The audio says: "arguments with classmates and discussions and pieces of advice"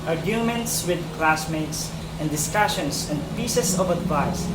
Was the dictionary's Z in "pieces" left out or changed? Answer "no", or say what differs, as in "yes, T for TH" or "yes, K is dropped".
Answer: yes, S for Z